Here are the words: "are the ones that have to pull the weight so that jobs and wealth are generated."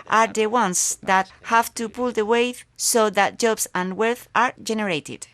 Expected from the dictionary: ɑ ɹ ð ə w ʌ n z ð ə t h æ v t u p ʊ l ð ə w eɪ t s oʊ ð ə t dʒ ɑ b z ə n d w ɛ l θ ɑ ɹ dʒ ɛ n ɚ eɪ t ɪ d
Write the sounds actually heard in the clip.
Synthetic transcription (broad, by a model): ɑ ɹ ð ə w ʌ n s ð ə t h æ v t u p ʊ l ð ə w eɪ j s oʊ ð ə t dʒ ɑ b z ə n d w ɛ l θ ɑ ɹ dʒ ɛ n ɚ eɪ t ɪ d